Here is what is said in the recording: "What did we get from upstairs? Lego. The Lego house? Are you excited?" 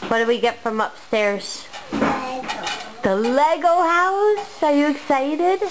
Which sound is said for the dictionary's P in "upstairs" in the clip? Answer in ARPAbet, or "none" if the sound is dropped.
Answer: P